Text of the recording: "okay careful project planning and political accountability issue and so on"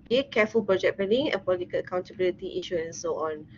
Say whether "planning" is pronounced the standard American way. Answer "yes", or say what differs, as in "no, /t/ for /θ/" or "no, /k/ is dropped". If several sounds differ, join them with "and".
no, /l/ is dropped